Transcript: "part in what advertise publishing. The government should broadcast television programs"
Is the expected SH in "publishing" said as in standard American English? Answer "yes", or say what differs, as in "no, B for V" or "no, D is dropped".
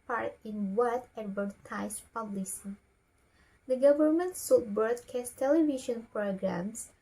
no, S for SH